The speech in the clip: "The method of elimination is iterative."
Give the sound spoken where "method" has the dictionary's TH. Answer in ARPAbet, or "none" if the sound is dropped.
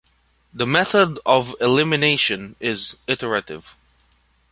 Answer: TH